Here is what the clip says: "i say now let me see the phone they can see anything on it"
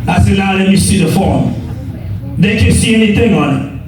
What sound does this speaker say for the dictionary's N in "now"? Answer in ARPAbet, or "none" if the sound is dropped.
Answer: L